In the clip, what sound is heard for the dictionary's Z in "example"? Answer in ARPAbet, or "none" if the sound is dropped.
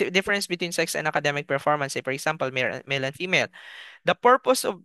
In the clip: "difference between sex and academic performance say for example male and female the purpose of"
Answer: S